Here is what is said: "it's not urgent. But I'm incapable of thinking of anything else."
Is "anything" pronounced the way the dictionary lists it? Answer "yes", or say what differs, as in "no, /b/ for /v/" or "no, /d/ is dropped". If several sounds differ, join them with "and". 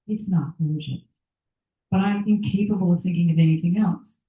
yes